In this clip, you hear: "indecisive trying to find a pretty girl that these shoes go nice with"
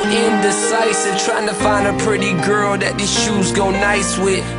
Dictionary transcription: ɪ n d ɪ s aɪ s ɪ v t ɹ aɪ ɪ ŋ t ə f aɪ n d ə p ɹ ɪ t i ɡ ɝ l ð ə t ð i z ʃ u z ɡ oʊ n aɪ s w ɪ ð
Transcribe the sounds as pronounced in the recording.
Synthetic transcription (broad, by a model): ɪ n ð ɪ s aɪ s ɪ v t ɹ aɪ ɪ ŋ t ə f aɪ n d ə p ɹ ɪ t i ɡ ɝ l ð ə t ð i ʃ u z ɡ oʊ n aɪ s w ɪ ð